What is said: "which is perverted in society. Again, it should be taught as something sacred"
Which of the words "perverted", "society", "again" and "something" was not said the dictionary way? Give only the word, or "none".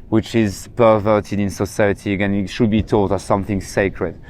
none